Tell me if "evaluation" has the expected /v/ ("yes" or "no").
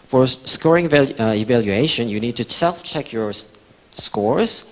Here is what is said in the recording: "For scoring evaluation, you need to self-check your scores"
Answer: yes